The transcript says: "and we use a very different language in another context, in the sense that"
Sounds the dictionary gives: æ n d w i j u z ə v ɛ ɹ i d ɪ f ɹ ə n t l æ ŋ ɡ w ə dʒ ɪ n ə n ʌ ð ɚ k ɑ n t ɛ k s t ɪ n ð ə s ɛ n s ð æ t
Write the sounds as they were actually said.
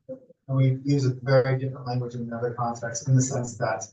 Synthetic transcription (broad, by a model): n w i j u z ə v ɛ ɹ i d ɪ f ɹ ə n t l æ ŋ ɡ w ə dʒ ɪ n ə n ʌ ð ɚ k ɑ n t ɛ k s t ɪ n ð ə s ɛ n s ð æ t